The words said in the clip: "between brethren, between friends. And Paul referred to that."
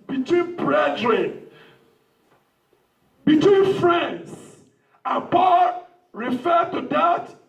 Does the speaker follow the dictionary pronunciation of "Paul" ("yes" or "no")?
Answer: no